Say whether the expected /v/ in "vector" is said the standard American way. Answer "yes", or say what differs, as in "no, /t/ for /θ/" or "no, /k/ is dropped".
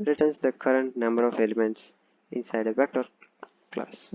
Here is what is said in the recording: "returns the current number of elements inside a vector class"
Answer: no, /b/ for /v/